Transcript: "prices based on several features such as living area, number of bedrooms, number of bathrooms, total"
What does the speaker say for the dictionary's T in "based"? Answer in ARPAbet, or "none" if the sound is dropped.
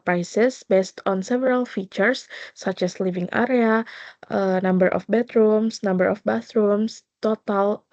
T